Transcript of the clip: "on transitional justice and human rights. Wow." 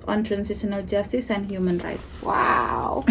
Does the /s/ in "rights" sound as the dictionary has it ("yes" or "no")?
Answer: yes